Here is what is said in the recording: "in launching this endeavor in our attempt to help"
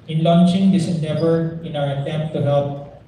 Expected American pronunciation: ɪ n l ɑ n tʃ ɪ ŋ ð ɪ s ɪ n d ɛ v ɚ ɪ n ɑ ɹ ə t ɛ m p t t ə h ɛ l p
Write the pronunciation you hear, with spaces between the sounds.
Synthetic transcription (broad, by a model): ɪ n l ɑ n tʃ ɪ ŋ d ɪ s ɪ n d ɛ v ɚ ɪ n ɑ w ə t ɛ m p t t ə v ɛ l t